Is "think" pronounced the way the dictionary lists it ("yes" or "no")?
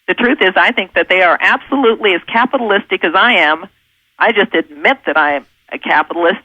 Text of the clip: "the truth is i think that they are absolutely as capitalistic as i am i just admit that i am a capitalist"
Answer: yes